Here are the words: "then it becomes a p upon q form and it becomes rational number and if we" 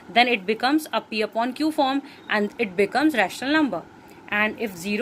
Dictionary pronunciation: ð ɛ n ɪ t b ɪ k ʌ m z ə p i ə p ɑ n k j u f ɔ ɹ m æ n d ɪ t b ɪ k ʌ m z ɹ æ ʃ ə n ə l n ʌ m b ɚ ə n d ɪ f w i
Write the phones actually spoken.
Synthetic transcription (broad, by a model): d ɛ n ɪ t b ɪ k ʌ m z ə p i ə p ɑ n k j u f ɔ ɹ m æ n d ɪ t b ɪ k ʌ m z ɹ æ ʃ ə n ə l n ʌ m b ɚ ə n d ɪ f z i